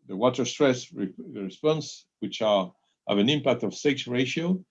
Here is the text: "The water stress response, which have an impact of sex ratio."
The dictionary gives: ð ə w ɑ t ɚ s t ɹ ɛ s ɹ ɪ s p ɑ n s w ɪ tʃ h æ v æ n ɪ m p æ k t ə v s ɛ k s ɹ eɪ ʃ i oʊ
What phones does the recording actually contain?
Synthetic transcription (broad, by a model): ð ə w ɑ t ɚ s t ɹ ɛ s ɹ ɪ s p ɑ n s w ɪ tʃ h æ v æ n ɪ m p æ k t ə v s ɛ k s ɹ eɪ ʃ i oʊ